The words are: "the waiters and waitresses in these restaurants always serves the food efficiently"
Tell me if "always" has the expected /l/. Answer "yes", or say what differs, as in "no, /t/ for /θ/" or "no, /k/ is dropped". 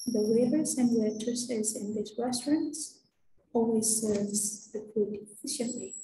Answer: yes